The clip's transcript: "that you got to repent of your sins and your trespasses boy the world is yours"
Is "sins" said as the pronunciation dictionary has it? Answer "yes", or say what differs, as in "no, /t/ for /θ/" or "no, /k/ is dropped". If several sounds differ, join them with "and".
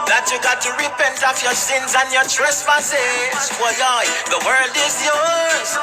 yes